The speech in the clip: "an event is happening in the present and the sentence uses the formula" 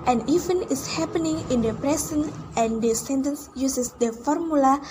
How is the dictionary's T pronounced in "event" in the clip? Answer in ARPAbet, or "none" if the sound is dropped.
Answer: none